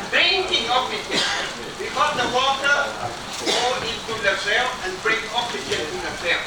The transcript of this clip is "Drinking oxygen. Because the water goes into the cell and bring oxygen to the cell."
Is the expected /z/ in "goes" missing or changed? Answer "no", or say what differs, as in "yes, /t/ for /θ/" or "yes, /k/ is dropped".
yes, /z/ is dropped